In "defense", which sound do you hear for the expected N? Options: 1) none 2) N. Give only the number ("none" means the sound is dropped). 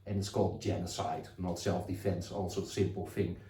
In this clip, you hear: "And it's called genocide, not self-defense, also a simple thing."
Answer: 2